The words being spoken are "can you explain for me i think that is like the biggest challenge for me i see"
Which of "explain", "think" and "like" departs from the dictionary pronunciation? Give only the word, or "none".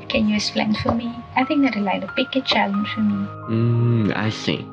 explain